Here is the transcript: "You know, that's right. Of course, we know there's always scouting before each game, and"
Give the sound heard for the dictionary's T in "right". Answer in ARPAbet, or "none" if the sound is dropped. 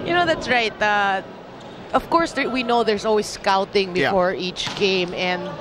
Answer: T